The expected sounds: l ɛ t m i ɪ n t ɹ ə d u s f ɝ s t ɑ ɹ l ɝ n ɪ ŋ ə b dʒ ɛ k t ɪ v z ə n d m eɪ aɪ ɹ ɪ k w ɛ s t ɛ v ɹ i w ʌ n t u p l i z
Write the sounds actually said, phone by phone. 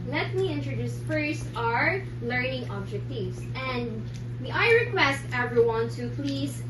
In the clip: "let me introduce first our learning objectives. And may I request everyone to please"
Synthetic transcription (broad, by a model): l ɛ t m i ɪ n t ɹ ə d u s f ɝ s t ɑ ɹ l ɝ n ɪ ŋ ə b dʒ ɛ k t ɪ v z ə n d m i aɪ ɹ ɪ k w ɛ s t ɛ v ɹ i w ʌ n t u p l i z